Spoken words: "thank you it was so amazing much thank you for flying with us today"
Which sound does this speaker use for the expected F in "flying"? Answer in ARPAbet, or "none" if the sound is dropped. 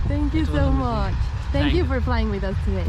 P